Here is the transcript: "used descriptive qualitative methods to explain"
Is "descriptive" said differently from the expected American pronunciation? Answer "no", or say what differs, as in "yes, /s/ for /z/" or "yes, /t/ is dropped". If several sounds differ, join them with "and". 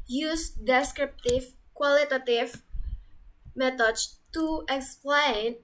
no